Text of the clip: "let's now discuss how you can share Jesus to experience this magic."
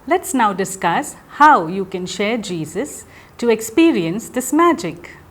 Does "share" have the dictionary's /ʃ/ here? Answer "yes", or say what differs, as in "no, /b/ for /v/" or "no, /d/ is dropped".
yes